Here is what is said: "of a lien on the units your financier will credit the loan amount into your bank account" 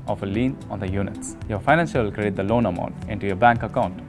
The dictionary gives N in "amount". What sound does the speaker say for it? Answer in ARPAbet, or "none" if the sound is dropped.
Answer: N